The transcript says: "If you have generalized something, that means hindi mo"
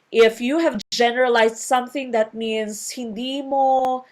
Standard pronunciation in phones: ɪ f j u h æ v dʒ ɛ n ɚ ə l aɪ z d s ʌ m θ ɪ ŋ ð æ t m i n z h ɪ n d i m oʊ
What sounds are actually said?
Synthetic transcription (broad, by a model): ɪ f j u h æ v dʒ ɛ n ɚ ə l aɪ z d s ʌ m θ ɪ ŋ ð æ t m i n s h ɪ n d i m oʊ